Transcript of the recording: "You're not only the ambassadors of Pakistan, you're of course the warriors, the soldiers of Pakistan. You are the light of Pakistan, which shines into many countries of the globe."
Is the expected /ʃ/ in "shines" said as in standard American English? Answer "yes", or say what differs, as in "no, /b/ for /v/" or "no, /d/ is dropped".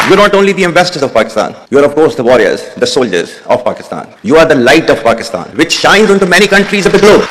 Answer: yes